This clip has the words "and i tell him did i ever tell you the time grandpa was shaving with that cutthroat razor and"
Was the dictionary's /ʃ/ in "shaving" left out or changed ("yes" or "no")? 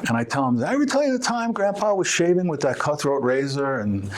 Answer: no